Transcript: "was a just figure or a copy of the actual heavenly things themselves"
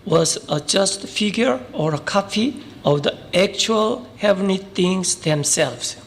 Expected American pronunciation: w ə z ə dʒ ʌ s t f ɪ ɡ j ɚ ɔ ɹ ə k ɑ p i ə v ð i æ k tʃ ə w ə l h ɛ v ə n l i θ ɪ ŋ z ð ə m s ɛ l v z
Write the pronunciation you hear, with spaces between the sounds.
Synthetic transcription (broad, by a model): w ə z ə dʒ ʌ s t f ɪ ɡ j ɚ ɔ ɹ ə k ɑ f i ə v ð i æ k tʃ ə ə l h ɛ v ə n i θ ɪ ŋ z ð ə m s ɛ l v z